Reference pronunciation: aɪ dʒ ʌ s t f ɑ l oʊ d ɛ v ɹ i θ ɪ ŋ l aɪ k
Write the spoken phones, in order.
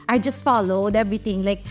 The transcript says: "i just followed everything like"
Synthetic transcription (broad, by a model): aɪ dʒ ʌ s t f ɑ l oʊ d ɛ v ɹ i t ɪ ŋ l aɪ k